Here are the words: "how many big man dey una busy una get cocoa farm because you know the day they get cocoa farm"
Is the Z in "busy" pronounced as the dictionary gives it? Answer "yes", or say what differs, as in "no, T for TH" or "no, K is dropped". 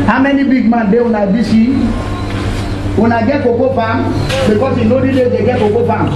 no, S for Z